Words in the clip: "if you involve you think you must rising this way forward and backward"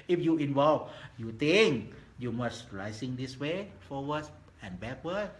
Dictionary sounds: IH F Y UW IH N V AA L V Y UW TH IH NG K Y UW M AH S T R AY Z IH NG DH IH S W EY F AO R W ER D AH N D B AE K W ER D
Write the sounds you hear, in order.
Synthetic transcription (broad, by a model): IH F Y UW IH N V AA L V Y UW T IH NG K Y UW M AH S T R AY S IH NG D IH S W EY F AO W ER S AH N B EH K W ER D